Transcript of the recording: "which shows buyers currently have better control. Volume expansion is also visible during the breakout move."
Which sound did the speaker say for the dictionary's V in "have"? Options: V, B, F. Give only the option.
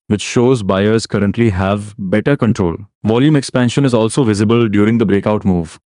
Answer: V